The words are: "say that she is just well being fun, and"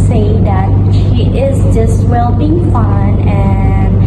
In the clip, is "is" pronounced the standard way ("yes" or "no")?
yes